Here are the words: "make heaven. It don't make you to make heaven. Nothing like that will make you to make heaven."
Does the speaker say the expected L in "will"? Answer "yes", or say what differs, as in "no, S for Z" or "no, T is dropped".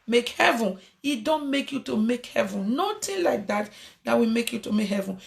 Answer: no, W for L